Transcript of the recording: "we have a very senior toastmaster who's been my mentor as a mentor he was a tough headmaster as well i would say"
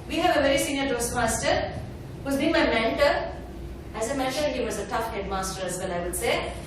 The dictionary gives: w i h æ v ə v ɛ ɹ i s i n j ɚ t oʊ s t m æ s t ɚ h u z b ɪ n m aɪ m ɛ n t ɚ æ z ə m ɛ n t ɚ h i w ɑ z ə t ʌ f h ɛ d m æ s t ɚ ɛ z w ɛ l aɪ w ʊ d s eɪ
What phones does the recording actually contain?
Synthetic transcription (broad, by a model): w i h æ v ə v ɛ ɹ i s i n j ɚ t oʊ s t m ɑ s t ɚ h u z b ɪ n m aɪ m ɛ n t ɚ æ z ə m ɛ t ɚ h i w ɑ z ə t ʌ f h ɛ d m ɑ s t ɚ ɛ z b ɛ n aɪ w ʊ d s eɪ